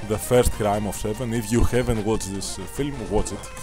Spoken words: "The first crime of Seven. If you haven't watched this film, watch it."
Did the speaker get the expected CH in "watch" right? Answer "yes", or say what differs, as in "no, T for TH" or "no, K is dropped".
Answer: no, S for CH